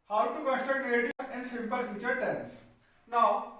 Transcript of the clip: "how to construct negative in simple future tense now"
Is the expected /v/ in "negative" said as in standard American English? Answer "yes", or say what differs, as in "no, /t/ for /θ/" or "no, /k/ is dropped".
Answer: no, /v/ is dropped